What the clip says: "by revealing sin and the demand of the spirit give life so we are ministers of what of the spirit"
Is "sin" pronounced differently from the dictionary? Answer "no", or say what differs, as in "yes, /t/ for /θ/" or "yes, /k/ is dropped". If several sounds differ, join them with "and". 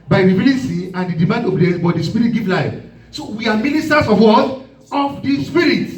yes, /n/ is dropped